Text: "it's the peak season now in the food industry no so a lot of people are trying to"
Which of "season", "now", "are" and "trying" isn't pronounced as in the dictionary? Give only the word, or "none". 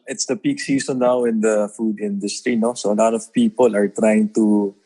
season